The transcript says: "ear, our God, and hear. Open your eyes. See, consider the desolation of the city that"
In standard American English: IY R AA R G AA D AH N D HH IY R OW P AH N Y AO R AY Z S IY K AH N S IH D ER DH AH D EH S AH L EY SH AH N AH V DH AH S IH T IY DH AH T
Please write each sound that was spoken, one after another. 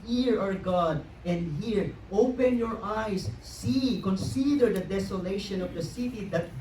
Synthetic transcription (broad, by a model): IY R AA R G AA D AH N D HH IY R OW P AH N Y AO R AY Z S IY K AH N S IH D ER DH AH D EH S AH L EY SH AH N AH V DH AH S IH T IY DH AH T